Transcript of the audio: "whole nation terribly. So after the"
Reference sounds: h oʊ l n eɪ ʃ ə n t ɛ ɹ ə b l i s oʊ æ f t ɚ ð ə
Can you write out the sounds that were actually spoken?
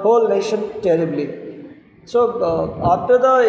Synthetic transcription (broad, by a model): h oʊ l n eɪ ʃ ə n t ɛ ɹ ə b l i s oʊ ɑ t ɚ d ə